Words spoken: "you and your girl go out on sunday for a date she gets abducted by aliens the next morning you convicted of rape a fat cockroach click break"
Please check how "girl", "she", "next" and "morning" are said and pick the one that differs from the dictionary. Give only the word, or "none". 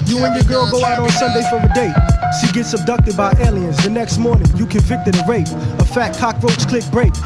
she